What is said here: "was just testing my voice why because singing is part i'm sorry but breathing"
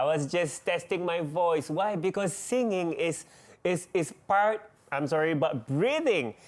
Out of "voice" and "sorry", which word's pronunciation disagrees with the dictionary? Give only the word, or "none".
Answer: none